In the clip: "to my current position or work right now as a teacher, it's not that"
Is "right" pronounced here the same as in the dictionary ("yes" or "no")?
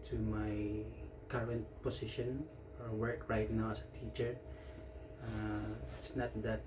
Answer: yes